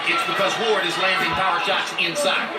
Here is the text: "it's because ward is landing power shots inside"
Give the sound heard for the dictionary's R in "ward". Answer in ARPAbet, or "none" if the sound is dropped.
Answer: R